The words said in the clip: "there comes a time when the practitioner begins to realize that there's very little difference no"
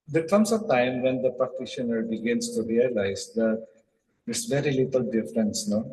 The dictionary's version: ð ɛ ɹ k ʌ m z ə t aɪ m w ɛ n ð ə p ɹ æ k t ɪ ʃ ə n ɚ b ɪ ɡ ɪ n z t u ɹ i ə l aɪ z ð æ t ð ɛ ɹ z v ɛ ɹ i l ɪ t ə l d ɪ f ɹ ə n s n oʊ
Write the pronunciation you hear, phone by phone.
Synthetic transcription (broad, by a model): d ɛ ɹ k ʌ m s ə t aɪ m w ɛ n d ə p æ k t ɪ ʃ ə n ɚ b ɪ ɡ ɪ n s t u ɹ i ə l aɪ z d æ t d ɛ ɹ s v ɛ ɹ i l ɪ t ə l d ɪ f ɹ ə n s n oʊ